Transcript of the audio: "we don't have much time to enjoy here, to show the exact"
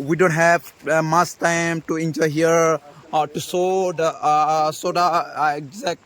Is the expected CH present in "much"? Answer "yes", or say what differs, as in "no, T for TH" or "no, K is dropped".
no, S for CH